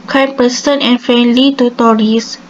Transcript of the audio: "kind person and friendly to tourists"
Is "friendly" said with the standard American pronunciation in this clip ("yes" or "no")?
no